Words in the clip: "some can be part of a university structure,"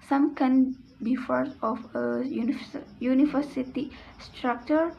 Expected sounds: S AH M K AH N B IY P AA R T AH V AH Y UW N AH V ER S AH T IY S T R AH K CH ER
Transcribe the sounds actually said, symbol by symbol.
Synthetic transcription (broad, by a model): S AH M K AH N B IY F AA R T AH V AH Y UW N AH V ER S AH T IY S T R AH K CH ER